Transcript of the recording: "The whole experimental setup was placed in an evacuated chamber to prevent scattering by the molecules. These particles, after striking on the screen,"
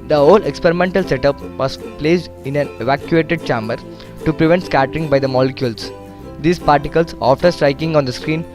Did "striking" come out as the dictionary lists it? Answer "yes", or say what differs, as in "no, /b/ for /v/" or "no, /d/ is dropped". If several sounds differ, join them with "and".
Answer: yes